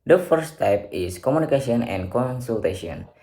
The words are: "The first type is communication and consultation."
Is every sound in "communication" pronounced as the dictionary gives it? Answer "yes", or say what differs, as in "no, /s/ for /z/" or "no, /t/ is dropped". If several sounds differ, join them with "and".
no, /s/ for /ʃ/